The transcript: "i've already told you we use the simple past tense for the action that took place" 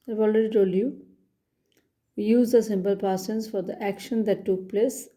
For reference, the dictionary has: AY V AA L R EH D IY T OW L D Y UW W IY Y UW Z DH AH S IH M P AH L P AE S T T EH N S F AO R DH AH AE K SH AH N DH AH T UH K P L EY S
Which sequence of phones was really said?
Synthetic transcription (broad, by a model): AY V AA L R EH D IY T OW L Y UW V IY Y UW Z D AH S IH M P AH L P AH T S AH N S F AO R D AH AE K SH AH N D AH T UH K P L EY S